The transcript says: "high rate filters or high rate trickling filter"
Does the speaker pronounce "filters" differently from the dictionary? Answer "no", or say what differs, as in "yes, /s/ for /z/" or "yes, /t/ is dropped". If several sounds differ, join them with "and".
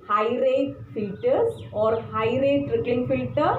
yes, /l/ is dropped